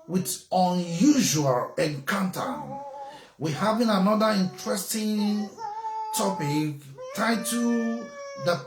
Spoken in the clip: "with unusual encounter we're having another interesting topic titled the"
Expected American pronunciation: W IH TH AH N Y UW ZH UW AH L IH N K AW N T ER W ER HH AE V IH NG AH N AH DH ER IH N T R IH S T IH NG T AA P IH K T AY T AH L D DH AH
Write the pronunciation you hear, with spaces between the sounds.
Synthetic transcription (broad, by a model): W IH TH AH N Y UW ZH UW AH L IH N K AW N T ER W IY HH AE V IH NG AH N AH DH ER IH N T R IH S T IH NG T AA P IH K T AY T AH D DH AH